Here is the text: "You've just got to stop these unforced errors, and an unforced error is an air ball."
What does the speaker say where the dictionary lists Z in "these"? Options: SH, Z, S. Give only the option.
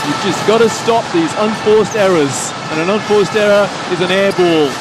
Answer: Z